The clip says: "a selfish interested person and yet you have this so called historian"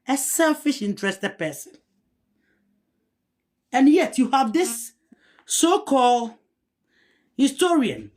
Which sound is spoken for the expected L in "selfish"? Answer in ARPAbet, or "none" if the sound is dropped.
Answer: L